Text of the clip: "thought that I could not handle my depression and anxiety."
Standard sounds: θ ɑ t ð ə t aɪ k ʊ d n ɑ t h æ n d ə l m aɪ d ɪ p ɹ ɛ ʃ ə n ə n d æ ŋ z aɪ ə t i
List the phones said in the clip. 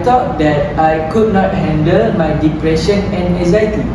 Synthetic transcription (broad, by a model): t ɑ t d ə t aɪ k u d n ɑ t h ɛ n d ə l m aɪ d ɪ p ɹ ɛ ʃ ə n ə n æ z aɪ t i